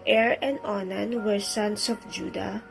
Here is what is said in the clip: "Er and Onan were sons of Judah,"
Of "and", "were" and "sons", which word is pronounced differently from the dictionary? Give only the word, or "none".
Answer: sons